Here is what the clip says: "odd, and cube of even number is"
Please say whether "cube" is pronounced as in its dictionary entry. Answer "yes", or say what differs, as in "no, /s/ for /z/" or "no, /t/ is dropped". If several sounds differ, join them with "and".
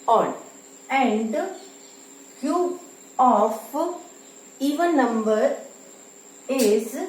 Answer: no, /b/ is dropped